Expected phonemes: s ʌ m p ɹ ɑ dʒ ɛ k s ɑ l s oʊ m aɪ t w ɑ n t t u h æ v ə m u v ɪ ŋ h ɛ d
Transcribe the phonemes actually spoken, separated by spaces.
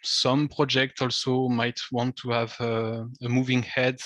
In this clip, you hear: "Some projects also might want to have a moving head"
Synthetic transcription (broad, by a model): s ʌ m p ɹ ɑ dʒ ɛ k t ɑ l s oʊ m aɪ t w ɑ n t t u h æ v ə m u v ɪ ŋ h ɛ d